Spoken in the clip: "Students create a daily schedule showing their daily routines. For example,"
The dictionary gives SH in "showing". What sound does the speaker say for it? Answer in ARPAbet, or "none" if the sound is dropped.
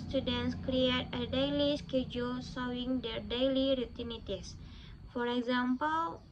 S